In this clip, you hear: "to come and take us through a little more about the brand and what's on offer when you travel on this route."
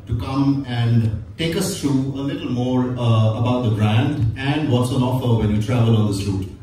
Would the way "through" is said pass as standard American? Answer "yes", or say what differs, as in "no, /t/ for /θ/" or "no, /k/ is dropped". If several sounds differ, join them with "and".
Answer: no, /t/ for /θ/